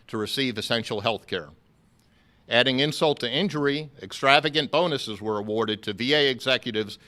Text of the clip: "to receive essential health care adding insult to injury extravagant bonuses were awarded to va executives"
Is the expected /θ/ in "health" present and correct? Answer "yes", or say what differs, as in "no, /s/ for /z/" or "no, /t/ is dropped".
yes